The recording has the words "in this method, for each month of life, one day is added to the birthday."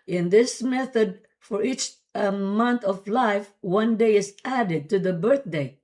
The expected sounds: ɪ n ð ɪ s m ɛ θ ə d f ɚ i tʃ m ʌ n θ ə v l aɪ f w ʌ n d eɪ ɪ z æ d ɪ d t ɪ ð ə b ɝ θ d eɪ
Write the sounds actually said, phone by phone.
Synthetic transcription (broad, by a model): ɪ n ð ɪ s m ɛ θ ə d f ɚ i tʃ m ʌ n θ ə v l aɪ f w ʌ n d eɪ ɪ z æ d ɪ d t ɪ ð ə b ɝ θ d eɪ